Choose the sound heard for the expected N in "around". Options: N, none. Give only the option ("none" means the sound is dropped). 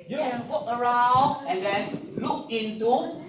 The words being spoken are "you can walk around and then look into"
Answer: none